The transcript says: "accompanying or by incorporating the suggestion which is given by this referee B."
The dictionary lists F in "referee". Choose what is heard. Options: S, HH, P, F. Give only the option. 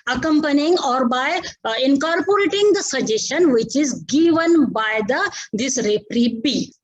P